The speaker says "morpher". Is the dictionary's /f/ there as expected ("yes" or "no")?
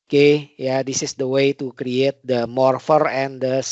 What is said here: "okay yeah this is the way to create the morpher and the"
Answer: yes